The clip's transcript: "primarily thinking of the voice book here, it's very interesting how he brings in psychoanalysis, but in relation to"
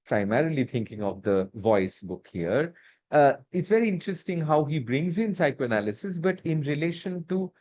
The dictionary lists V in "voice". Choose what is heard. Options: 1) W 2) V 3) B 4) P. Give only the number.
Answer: 2